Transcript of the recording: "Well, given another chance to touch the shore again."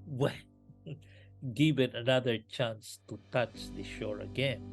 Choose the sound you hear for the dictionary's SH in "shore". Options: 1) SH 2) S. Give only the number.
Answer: 1